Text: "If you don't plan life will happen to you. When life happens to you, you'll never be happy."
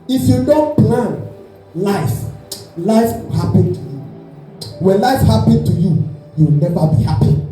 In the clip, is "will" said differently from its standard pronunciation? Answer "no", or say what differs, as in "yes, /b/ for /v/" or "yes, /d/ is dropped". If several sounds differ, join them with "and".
yes, /w/ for /l/